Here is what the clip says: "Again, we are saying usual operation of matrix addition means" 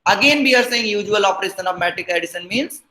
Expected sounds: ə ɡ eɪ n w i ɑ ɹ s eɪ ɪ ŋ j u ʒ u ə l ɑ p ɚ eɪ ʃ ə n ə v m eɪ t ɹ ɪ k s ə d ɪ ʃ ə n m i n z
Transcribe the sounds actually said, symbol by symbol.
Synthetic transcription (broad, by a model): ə ɡ eɪ n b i ɑ ɹ s eɪ ɪ ŋ j u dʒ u ə l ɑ p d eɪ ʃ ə n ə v m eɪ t ɪ k ə d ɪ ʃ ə n m i n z